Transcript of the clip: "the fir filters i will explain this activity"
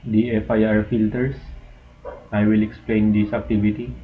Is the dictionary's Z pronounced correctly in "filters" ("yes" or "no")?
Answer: no